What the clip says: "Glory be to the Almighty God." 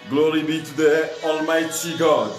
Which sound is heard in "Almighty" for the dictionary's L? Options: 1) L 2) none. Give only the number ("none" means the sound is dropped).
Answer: 1